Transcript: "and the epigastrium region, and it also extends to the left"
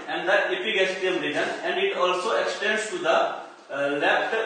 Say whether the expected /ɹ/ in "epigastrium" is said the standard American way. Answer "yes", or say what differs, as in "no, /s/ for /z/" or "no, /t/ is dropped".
no, /ɹ/ is dropped